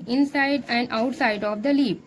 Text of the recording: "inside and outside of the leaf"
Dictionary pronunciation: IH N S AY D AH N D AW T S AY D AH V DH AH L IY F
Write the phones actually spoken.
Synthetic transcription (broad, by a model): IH N S AY D AH N D AW T S AY D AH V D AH L IY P